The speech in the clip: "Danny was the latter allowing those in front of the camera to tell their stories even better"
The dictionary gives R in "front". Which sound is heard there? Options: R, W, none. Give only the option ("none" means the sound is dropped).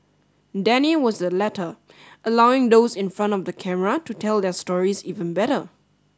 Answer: R